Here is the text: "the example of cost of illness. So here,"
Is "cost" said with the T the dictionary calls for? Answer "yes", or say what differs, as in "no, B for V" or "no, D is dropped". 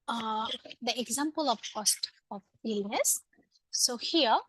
yes